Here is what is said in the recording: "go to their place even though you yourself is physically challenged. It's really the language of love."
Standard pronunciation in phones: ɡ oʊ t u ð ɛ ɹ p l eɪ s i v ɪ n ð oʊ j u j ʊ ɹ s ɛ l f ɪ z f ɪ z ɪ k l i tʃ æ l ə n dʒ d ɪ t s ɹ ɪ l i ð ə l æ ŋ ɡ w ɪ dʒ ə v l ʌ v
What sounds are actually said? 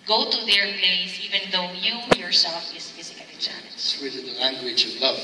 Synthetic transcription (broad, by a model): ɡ oʊ t u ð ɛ ɹ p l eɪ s i v ɪ n ð oʊ j u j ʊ ɹ s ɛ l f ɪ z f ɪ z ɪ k i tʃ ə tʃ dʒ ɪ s w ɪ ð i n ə l æ ŋ ɡ w ɪ dʒ ə v l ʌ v